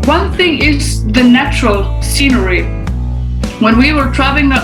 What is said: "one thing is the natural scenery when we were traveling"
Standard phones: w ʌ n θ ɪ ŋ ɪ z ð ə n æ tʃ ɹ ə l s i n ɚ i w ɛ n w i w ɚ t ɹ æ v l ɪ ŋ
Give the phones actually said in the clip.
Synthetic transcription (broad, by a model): w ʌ n θ ɪ ŋ ɪ z ð ə n æ tʃ ɹ ə l s i n ɚ i w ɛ n w i w ɚ t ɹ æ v l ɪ ŋ